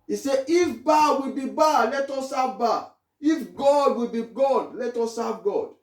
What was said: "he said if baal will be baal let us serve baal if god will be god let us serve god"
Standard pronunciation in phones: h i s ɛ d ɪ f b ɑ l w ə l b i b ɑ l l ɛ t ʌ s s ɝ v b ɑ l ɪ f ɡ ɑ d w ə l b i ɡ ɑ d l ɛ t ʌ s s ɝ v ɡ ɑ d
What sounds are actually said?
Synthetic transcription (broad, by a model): i s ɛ ɪ f b ɑ w ə l b i b ɑ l l ɛ t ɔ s s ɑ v b ɑ ɪ f ɡ ɑ d w ə l b i ɡ ɑ d l ɛ t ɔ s s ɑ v ɡ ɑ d